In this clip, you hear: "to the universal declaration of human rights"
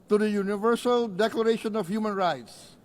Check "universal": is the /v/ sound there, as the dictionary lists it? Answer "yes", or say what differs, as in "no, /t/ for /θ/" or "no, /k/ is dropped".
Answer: yes